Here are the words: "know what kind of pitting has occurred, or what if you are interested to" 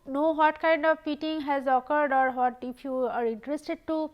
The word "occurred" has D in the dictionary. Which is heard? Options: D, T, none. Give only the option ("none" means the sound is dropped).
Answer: D